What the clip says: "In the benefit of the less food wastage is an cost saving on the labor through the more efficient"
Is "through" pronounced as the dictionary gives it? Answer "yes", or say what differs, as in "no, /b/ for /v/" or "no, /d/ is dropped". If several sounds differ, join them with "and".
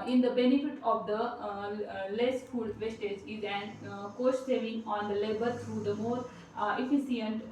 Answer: no, /t/ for /θ/